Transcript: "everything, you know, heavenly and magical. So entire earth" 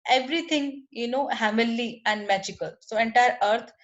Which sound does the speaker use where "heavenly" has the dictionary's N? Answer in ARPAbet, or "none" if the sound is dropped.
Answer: none